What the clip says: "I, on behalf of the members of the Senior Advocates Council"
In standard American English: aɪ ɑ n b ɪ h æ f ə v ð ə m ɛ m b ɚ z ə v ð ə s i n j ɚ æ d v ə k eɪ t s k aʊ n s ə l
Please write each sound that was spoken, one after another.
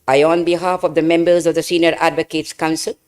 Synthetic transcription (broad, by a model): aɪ ɑ n b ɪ h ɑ f ə v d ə m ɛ m b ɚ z ə v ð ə s i n j ɚ æ d v ə k eɪ t s k aʊ n s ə l